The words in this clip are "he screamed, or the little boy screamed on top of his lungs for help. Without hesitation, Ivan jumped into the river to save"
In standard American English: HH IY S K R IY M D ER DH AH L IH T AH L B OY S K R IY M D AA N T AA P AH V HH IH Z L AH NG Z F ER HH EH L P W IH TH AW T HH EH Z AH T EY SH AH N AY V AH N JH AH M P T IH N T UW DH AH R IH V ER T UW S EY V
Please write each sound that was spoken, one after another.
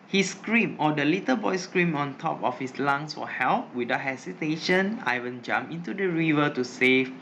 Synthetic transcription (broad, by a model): HH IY S K R IY M AO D AH L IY T AH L B OY S K R IY M AA N T AA P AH F HH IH S L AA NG S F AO HH EH L P W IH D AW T HH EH S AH T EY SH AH N AY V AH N JH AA M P IH N T UW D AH R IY V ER T UW S EY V